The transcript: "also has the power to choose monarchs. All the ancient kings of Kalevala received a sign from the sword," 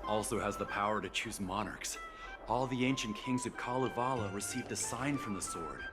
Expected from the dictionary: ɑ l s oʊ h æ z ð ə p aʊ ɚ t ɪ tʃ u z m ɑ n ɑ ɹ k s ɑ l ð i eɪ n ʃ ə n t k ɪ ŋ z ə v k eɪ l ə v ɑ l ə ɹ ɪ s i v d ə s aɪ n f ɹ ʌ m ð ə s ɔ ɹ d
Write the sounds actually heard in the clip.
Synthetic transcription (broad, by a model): ɑ l s oʊ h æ z ð ə p aʊ ɚ t ɪ tʃ u z m ɑ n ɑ ɹ k s ɑ l ð i eɪ n ʃ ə n k ɪ ŋ z ə v k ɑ l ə v ɑ l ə ɹ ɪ s i v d ə s aɪ n f ɹ ʌ m ð ə s ɔ ɹ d